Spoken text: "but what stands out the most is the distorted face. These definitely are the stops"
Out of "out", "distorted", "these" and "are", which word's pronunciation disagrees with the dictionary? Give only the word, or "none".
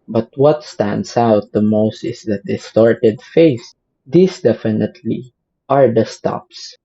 these